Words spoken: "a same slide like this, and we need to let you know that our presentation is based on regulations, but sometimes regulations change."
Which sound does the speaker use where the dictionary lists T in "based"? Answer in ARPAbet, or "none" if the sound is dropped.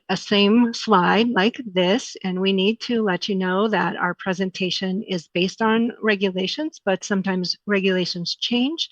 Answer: T